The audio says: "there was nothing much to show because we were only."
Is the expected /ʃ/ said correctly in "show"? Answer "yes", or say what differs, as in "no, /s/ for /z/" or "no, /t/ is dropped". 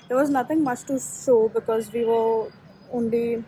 no, /s/ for /ʃ/